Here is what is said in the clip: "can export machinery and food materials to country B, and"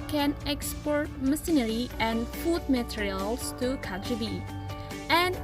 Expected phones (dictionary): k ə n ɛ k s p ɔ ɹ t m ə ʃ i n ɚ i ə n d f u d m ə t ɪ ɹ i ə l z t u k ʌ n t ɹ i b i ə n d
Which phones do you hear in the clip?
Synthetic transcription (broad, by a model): k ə n ɛ k s p ɔ ɹ t m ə s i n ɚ i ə n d f u d m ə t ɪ ɹ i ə l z t u k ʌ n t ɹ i b i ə n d